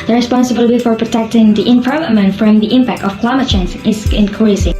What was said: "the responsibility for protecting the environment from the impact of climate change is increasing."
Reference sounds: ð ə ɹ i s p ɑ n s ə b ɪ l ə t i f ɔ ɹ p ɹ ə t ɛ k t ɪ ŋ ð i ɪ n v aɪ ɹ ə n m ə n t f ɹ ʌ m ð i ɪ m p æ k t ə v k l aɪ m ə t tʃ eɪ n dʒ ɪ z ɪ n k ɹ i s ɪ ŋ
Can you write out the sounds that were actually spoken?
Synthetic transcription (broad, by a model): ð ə ɹ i s p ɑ n s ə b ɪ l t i f ɔ ɹ p ɹ ə t ɛ k t ɪ ŋ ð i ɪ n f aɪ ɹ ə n m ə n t f ɹ ʌ m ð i ɪ m p æ k t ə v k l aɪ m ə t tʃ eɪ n z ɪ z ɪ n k ɹ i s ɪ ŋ